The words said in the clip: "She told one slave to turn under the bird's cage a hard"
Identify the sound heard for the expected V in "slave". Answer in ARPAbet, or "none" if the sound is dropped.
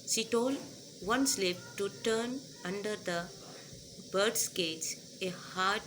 P